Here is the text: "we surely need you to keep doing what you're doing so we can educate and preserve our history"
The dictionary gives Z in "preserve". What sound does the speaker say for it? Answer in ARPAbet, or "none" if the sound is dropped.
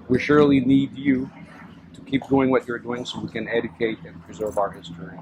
Z